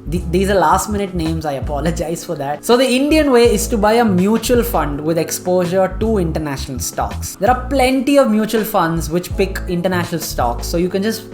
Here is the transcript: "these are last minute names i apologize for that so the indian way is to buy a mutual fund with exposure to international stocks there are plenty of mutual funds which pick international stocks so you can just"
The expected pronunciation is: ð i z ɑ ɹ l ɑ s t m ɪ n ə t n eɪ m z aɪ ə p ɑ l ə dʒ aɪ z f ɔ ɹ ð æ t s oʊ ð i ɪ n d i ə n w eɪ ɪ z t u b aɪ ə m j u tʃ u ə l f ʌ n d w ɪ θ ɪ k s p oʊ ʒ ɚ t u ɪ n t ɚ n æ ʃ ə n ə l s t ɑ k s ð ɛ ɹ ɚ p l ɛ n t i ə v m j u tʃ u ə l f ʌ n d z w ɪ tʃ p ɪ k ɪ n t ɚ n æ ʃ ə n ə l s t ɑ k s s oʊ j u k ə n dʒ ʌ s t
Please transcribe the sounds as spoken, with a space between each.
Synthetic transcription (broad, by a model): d i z ɑ ɹ l ɑ s t m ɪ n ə t n eɪ m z aɪ ə p ɑ l ə dʒ aɪ z f ɔ ɹ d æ t s oʊ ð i ɪ n d i ə n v eɪ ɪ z t u b aɪ ə m j u tʃ u ə l f ʌ n d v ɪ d ɪ k s p oʊ ʒ ɚ t u ɪ n t ɚ n æ ʃ ə n ə l s t ɑ k s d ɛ ɹ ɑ p l ɛ n t i ə v m j u tʃ u ə l f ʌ n d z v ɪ tʃ p ɪ k ɪ n t ɚ n æ ʃ ə n ə l s t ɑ k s s oʊ j u k ə n dʒ ʌ s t